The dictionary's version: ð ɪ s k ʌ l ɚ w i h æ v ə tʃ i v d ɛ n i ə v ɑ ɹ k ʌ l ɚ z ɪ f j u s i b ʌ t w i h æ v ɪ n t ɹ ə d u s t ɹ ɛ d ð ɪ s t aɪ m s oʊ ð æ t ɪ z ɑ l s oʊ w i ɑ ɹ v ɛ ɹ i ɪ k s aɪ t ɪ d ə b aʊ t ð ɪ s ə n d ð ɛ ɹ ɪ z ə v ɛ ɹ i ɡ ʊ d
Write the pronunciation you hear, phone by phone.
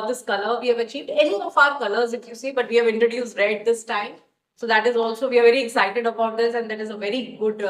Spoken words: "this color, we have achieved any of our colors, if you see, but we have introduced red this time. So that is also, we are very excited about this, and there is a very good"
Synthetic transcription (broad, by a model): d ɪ s k ʌ l ɚ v i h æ v ə tʃ i v d ɛ n i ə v ɑ ɹ k ʌ l ɚ z ɪ f j u s i b ʌ t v i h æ v ɪ n t ɹ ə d u s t ɹ ɛ d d ɪ s t aɪ m s oʊ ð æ t ɪ z ɑ l s oʊ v i ɑ ɹ v ɛ ɹ i ɪ k s aɪ t ɪ d ə b aʊ t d ɪ s ə n d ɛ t ɪ z ə v ɛ ɹ i ɡ ʊ d